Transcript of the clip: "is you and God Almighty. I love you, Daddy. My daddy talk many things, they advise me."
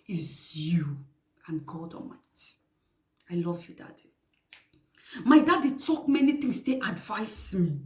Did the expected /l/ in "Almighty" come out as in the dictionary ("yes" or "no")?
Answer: no